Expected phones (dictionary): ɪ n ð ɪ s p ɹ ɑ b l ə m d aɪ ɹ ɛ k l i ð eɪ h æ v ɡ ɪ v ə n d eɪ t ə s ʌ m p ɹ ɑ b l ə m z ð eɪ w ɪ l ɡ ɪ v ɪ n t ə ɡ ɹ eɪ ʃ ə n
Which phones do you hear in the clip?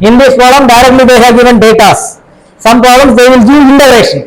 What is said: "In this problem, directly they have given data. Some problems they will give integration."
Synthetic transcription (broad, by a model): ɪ n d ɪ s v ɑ l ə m d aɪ ɹ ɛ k l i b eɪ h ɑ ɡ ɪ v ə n d eɪ t ə s ʌ m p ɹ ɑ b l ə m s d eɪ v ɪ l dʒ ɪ ɪ n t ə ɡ ɹ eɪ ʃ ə n